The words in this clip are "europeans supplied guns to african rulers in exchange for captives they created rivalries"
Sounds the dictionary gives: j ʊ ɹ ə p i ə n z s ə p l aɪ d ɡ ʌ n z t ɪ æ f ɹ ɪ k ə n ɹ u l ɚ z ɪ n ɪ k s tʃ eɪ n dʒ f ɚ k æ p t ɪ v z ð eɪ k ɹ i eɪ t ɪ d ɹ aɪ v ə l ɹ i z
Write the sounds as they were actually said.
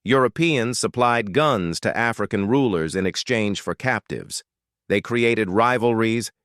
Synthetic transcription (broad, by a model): j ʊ ɹ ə p i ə n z s ə p l aɪ d ɡ ʌ n z t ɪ æ f ɹ ɪ k ə n ɹ u l ɚ z ɪ n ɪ k s tʃ eɪ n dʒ f ɚ k æ p t ɪ v z ð eɪ k ɹ i eɪ t ɪ d ɹ aɪ v l ɹ i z